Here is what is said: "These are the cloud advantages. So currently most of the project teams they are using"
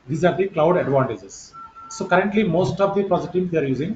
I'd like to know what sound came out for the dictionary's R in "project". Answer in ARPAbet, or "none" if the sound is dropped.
none